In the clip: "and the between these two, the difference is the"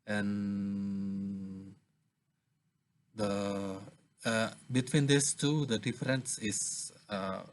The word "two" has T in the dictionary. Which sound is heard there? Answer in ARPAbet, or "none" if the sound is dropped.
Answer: T